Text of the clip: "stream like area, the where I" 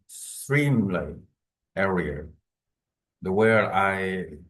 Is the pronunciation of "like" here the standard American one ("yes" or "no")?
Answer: no